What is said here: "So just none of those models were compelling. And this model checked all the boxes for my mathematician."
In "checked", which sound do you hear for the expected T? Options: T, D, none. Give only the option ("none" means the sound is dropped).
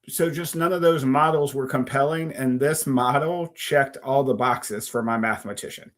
T